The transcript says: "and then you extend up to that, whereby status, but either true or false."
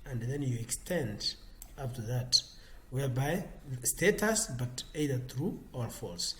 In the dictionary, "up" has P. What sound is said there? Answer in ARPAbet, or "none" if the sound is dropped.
F